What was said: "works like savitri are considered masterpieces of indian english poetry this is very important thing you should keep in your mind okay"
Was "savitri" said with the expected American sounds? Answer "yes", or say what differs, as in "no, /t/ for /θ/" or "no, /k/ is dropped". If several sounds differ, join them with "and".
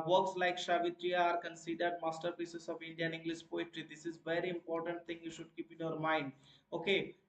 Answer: no, /ʃ/ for /s/